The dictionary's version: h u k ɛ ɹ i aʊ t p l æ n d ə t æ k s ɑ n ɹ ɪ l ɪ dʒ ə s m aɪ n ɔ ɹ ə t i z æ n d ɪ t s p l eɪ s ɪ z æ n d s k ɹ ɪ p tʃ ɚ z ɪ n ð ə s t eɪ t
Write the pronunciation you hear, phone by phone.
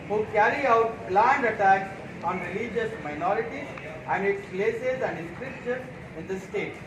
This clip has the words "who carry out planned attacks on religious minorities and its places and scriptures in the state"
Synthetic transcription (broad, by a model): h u k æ ɹ i aʊ t b l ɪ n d ə t æ k s ɑ n ɹ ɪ l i dʒ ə s m aɪ n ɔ ɹ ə t i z æ n d ɪ t s p l eɪ s ɪ z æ n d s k ɹ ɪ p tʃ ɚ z ɪ n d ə s t eɪ t